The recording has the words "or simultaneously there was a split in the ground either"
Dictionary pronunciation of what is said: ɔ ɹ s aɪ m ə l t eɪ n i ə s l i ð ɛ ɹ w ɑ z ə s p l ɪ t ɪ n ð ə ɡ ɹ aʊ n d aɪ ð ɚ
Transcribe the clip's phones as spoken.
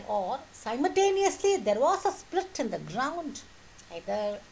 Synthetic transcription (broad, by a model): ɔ ɹ s aɪ m ə l t eɪ n i ə s l i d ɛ ɹ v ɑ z ə s p l ɪ t ɪ n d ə ɡ ɹ aʊ n d aɪ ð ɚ